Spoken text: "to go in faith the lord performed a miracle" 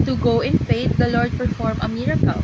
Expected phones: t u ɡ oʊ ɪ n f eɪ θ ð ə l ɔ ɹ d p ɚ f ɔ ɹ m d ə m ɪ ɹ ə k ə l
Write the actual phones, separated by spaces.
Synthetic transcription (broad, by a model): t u ɡ oʊ ɪ n f eɪ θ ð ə l ɔ ɹ d p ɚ f ɔ ɹ m ə m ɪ ɹ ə k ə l